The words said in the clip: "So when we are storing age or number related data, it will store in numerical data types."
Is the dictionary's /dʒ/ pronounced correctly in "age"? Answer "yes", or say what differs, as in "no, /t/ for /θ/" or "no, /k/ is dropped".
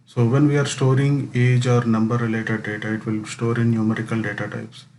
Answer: yes